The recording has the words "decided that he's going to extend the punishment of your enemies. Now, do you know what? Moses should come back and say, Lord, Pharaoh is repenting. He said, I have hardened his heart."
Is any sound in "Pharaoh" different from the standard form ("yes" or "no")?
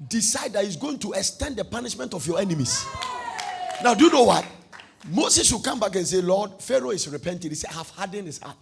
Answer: no